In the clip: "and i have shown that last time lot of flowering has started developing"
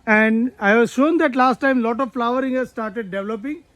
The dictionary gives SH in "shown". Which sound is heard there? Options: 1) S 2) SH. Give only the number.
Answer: 2